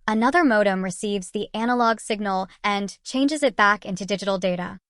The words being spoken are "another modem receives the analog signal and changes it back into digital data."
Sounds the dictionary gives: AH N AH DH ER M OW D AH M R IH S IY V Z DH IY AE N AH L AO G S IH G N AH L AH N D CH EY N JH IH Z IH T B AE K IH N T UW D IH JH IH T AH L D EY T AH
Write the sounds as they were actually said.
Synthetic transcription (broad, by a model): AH N AH DH ER M OW D AH M R IH S IY V Z DH IY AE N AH L AO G S IH G N L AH N CH EY N JH IH Z IH T B AE K IH N T UW D IH JH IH T L D EY T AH